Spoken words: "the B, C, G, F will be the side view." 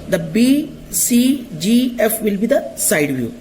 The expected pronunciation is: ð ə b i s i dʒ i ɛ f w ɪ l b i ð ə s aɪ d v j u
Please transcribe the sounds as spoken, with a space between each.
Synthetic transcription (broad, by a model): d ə b i s i dʒ i ɛ f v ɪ l b i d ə s aɪ d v j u